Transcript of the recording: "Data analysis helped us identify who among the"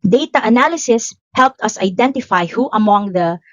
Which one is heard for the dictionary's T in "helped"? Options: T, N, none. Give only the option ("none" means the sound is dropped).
T